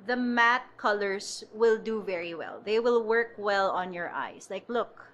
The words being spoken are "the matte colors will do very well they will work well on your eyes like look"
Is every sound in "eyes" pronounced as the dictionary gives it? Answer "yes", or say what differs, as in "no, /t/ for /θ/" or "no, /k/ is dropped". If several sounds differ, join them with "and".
no, /s/ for /z/